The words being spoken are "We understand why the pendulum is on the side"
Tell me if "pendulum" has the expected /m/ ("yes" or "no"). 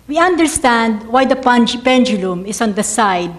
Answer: yes